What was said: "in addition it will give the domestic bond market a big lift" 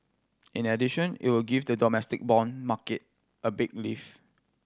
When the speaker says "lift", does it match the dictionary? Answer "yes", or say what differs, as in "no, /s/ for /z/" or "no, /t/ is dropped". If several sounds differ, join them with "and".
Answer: no, /t/ is dropped